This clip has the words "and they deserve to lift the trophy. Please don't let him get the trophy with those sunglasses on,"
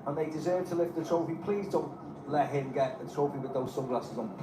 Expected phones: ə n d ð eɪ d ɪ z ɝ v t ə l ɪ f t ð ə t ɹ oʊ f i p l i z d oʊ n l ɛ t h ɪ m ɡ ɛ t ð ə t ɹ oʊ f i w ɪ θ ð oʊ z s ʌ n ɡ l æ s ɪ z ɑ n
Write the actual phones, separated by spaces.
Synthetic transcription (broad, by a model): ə n ð eɪ d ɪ z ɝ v t ə l ɪ f t ð ə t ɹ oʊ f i p l i z d oʊ n l ɛ t h ɪ m ɡ ɛ t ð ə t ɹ oʊ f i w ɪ ð oʊ z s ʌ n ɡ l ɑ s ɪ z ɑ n